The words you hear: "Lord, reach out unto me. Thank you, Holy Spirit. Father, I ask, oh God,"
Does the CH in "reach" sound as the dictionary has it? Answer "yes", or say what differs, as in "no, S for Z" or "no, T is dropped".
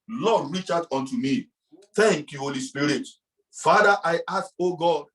yes